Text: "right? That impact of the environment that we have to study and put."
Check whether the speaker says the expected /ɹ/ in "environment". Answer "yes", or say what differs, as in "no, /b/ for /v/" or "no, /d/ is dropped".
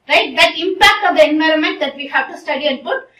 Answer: yes